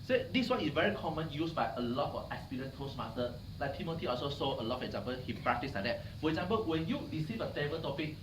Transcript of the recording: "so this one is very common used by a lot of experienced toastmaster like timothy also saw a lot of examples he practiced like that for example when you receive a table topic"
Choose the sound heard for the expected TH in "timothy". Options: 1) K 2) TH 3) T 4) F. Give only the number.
3